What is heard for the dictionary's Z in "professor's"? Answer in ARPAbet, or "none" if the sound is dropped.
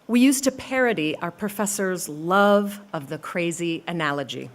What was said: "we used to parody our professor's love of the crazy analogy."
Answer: Z